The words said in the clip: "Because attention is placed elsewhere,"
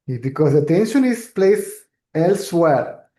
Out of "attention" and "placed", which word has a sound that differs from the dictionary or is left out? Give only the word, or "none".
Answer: placed